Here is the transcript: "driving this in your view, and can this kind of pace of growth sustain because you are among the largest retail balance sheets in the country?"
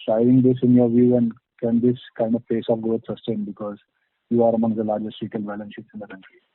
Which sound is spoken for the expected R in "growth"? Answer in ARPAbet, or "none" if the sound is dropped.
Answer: none